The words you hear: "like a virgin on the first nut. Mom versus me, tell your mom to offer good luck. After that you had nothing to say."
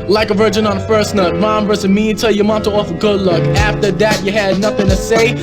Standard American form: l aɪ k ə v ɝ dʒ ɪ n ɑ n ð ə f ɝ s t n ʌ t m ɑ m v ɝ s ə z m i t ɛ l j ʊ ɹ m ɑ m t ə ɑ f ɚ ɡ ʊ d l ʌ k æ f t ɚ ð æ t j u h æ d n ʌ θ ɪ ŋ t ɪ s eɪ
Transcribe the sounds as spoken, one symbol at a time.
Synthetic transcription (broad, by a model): l aɪ k ə v ɝ dʒ ɪ n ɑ n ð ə f ɝ s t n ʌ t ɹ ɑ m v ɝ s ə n m i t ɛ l j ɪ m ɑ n t ə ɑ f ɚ ɡ ʊ d l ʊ k æ f t ɚ ð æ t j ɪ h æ d n ʌ θ ɪ ŋ t ɪ s eɪ